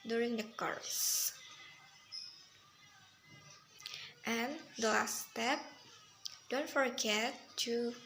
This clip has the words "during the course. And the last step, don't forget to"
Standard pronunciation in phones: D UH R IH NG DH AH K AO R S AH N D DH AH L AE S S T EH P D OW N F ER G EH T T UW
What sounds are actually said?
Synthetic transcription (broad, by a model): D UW R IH NG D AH K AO R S AH N D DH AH L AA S S T EH P D OW N F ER G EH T T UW